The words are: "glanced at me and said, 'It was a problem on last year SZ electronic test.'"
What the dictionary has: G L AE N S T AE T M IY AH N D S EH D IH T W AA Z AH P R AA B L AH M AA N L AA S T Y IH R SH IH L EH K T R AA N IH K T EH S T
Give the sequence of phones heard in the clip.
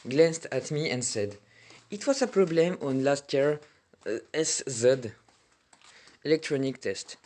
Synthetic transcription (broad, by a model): G L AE N S T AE T M IY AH N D S EH D IH T W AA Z AH P R AA B L AH M AA N L AA S T Y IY R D IH L EH K T R AA N IH K T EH S T